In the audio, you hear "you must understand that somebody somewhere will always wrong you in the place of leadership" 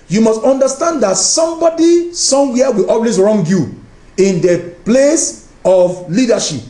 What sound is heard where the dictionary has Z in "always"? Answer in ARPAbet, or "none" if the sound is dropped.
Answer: S